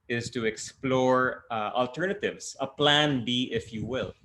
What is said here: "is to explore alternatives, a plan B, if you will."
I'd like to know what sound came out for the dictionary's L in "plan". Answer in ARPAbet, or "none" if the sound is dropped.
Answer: L